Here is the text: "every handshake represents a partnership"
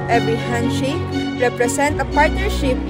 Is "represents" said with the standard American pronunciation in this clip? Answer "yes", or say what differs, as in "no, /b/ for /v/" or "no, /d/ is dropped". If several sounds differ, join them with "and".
no, /s/ is dropped